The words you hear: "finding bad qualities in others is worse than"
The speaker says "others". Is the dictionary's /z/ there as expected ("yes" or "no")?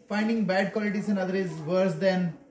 no